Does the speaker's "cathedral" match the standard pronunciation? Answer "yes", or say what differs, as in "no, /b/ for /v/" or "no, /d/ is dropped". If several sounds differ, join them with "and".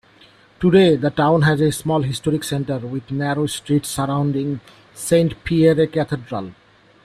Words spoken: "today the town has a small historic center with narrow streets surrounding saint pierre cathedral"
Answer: no, /t/ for /θ/